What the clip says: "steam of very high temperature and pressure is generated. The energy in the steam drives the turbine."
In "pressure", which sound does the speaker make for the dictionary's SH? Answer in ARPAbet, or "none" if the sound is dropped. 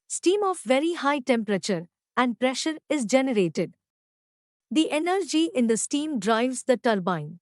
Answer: SH